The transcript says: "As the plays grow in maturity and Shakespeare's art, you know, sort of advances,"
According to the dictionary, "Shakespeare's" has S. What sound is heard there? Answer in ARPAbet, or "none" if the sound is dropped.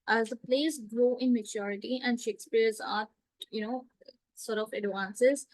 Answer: S